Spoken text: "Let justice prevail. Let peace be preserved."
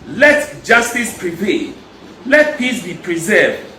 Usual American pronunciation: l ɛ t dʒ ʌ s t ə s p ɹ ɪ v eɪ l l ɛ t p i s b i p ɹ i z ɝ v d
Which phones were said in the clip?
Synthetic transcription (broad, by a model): l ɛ t dʒ ʌ s t ə s p ɹ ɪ p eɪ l l ɛ t p i s b i p ɹ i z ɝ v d